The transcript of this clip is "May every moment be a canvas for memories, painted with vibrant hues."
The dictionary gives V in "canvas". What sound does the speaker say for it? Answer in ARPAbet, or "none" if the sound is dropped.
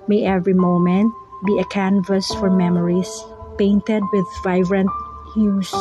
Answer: V